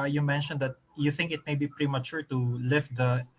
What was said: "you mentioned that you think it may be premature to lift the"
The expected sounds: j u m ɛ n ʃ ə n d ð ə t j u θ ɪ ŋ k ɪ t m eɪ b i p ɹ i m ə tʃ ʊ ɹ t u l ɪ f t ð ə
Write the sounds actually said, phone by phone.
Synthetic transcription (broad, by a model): j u m ɛ n ʃ ə n d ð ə t j u θ ɪ ŋ k ɪ t m eɪ b i p ɹ i m ə tʃ ʊ ɹ t u l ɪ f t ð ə